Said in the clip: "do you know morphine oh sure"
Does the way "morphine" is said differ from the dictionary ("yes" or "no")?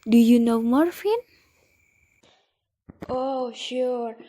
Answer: no